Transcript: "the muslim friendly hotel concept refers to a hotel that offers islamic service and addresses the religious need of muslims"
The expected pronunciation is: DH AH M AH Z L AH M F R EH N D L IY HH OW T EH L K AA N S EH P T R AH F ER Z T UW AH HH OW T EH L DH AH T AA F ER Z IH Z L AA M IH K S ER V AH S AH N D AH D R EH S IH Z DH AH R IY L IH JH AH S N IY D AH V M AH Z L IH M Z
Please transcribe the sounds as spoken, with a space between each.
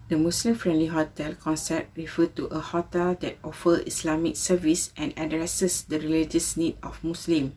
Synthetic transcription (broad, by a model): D AH M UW S L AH M F R EH N D L IY HH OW T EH L K AA N S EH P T R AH F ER T UW AH HH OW T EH L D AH T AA F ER IH S L AA M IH K S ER V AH S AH N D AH D R EH S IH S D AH R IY L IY JH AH S N IY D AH F M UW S L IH M